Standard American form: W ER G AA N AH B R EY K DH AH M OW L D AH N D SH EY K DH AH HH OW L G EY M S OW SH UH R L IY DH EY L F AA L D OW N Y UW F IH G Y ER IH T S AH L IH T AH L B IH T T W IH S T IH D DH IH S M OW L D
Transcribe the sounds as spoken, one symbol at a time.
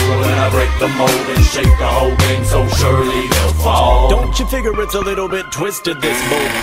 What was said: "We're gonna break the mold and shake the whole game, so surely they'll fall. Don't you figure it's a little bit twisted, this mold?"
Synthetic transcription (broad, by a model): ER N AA AH B R EY K DH AH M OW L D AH N SH EY K DH AH HH OW L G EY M S OW SH UH R L IY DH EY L F AA L D OW N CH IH F IH G Y ER IH T S AH L IH T L B IH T T W IH S T IH D DH IH S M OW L